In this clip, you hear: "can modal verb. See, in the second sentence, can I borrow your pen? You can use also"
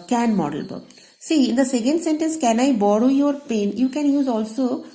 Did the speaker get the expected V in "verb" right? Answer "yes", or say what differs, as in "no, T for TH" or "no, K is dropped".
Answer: no, B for V